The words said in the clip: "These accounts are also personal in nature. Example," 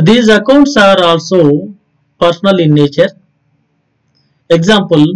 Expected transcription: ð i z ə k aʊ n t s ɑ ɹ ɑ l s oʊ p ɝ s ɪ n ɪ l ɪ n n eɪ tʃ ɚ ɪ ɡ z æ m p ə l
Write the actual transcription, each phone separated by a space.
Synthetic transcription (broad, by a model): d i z ə k aʊ n t s ɑ ɹ ɑ l s oʊ p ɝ s n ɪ l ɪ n n eɪ tʃ ɚ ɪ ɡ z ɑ m p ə l